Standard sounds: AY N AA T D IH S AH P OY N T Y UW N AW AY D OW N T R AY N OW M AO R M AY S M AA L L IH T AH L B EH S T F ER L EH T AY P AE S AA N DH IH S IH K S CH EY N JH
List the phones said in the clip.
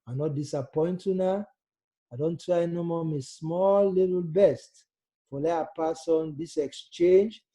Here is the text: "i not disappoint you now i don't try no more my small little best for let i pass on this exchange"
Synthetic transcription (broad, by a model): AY N AA T D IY S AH P OY N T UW N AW AY D OW N T R AY N OW M AO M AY S M AA L L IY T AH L B EH S T F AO L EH AY P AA S AA N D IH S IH K S CH EY N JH